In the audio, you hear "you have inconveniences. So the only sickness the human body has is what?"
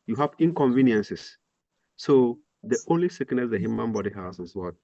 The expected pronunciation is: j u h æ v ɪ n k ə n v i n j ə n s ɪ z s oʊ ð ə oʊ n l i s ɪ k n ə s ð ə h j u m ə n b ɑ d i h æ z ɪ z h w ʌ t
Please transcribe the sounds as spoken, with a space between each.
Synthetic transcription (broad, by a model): j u h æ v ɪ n k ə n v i n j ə n s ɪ s oʊ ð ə oʊ n l i s ɪ k n ə s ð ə h j u m ə n b ɑ d i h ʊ s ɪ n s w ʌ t